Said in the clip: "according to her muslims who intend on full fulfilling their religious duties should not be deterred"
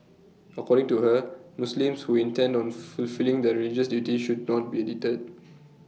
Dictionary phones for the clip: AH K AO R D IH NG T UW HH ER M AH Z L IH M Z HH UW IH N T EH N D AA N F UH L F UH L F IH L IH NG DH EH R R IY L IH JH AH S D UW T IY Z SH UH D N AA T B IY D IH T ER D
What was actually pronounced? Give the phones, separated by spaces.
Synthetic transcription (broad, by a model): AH K AO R D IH NG T UW HH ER M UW S L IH M S HH UW IH N T EH N D AA N F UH L F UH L L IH NG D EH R R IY L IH JH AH S D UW T IY SH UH D N AA T B IY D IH T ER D